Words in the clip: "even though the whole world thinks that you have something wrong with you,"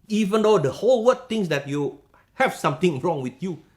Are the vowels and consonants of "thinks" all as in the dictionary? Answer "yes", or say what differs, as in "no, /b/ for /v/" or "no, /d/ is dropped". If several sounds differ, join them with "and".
no, /t/ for /θ/ and /k/ is dropped